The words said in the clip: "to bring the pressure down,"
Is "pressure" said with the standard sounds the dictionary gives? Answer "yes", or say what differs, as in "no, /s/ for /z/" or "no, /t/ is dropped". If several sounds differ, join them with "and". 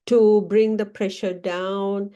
yes